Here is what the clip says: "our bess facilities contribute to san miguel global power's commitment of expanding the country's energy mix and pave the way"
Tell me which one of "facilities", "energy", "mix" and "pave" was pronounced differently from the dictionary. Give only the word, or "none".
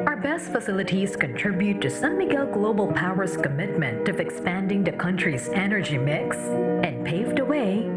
none